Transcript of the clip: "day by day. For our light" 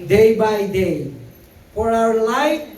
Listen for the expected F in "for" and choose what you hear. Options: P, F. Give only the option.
P